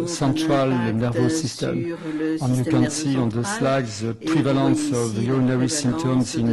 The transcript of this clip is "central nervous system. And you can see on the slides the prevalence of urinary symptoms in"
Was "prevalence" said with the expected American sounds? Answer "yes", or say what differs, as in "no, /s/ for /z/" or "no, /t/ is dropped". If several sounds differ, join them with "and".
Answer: no, /n/ is dropped